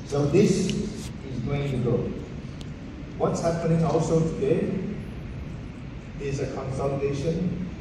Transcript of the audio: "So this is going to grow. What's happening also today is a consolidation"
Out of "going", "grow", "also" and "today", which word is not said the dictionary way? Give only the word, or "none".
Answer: grow